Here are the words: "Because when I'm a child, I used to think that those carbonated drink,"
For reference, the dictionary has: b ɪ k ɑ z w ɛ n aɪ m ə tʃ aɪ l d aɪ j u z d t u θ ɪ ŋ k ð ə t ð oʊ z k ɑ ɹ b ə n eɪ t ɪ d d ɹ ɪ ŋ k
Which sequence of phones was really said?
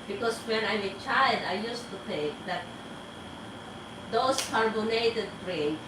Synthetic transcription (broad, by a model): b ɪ k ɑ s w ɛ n aɪ m ə tʃ aɪ l d aɪ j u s t u t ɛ k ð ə t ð oʊ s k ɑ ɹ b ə n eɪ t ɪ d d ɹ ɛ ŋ